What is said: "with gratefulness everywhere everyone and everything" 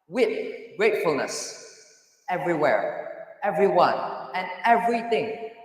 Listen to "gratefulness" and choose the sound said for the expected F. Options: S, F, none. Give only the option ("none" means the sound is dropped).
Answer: F